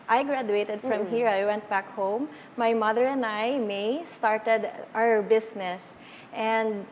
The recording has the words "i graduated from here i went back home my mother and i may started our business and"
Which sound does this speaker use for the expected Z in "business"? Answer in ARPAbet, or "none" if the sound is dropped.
S